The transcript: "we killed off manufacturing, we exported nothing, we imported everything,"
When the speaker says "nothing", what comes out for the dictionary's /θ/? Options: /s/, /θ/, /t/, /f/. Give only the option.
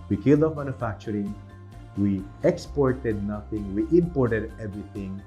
/t/